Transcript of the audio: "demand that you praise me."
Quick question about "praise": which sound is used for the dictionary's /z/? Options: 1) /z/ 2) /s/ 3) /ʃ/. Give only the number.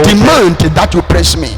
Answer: 2